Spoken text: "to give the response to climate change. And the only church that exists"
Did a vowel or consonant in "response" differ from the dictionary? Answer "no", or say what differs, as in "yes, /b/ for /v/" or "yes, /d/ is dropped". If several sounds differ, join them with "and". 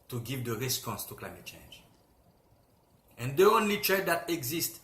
no